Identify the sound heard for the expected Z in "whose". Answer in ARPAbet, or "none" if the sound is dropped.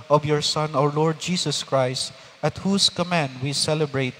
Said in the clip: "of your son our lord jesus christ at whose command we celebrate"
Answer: S